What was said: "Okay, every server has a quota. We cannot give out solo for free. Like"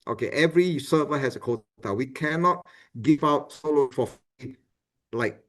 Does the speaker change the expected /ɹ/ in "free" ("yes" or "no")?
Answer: yes